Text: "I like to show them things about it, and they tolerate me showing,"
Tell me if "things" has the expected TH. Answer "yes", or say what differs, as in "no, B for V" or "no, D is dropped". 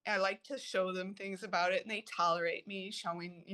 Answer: yes